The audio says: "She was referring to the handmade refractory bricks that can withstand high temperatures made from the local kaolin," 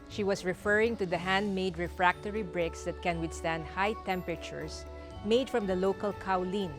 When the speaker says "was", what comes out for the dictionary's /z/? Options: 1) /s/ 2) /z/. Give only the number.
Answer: 1